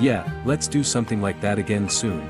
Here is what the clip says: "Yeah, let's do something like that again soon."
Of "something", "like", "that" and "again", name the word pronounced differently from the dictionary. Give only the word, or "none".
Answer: none